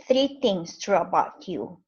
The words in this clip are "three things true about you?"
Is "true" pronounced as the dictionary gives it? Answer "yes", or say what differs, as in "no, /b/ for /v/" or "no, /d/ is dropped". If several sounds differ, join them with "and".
yes